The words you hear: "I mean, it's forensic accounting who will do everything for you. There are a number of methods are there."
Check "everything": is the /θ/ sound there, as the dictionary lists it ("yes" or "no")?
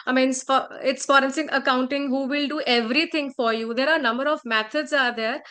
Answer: no